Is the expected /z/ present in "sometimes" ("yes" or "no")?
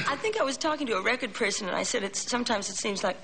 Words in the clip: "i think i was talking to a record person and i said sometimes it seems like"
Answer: yes